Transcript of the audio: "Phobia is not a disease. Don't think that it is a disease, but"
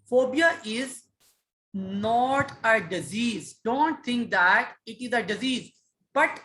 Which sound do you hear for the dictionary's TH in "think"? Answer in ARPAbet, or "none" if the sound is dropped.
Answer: T